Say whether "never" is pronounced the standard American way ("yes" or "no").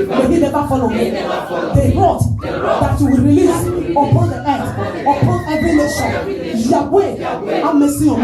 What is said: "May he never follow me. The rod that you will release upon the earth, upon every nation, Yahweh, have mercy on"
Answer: no